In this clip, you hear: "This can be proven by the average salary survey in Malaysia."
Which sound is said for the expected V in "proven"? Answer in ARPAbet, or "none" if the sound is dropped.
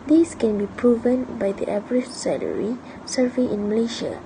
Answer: V